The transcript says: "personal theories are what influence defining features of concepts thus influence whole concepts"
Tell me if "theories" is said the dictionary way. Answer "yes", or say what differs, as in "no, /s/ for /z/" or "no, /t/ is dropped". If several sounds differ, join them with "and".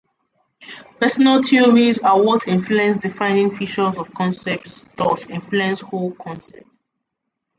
no, /t/ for /θ/